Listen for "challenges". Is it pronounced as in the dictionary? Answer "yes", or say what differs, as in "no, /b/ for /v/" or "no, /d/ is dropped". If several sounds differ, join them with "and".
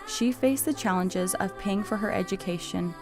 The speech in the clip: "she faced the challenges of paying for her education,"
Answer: yes